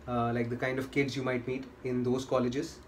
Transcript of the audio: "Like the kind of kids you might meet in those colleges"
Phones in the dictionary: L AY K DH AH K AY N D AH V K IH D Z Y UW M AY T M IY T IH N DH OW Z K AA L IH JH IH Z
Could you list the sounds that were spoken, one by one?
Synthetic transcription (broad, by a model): L AY K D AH K AY N D AH V K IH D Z Y UW M AY T M IY T IH N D OW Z K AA L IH JH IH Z